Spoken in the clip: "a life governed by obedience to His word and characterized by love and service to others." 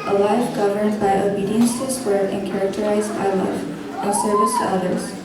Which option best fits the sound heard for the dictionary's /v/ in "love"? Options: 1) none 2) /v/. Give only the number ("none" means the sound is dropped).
1